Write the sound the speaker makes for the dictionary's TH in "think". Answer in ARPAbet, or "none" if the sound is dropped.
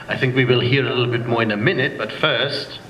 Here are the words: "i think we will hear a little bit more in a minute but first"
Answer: TH